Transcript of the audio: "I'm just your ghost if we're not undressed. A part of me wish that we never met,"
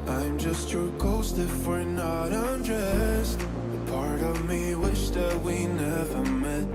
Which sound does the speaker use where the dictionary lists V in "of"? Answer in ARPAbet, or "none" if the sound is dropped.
V